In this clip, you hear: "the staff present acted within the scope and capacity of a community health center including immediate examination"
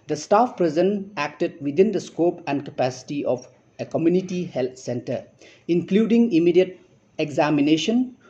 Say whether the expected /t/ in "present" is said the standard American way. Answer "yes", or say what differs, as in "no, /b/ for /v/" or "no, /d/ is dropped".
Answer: no, /t/ is dropped